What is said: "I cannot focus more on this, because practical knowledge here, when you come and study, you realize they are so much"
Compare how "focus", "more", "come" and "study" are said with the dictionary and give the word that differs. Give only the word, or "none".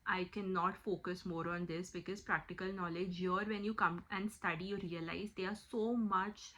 none